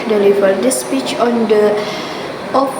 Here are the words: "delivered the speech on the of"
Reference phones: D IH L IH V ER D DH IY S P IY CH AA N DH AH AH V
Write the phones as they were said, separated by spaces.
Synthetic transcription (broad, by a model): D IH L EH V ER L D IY S P IY CH AA N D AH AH